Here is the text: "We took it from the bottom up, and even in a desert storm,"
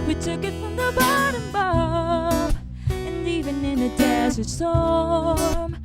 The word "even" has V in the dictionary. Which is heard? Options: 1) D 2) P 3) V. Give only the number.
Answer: 3